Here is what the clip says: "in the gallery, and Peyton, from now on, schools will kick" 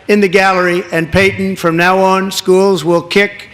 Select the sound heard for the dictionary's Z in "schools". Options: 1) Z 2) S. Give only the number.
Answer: 1